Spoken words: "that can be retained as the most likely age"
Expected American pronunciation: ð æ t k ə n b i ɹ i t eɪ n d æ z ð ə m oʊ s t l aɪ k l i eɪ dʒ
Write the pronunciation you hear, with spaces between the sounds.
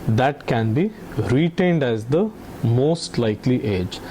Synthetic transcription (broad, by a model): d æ t k ə n b i ɹ i t eɪ n d æ z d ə m oʊ s t l aɪ k l i eɪ dʒ